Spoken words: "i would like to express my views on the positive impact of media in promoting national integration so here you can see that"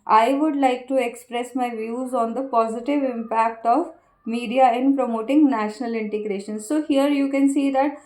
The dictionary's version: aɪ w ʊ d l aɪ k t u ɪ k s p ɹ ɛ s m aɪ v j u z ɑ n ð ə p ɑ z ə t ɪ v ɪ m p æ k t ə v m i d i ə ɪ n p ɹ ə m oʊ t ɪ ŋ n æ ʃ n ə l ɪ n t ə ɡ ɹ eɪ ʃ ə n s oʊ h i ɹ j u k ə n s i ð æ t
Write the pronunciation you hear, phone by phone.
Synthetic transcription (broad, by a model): aɪ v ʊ d l aɪ k t u ɪ k s p ɹ ɛ s m aɪ v j u z ɑ n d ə p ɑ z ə t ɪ v ɪ m p æ k t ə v m i d i ə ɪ n p ɹ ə m oʊ t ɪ ŋ n æ ʃ n ə l ɪ n t ə ɡ ɹ eɪ ʃ ə n s oʊ h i ɹ j u k ə n s i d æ t